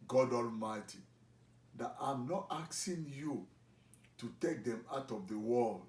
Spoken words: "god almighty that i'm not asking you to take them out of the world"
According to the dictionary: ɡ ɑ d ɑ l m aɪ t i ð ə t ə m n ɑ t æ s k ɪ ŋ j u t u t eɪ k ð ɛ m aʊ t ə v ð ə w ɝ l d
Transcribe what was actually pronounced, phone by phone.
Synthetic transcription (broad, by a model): ɡ ɑ d ɑ l m aɪ t i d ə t ə m n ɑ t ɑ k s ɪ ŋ j u t u t eɪ k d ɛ m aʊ t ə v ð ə w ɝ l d